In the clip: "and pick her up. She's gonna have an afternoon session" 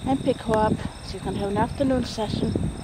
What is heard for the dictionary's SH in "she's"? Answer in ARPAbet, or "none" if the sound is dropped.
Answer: S